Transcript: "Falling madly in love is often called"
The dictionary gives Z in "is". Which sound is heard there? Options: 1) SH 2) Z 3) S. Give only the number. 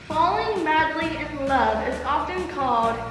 2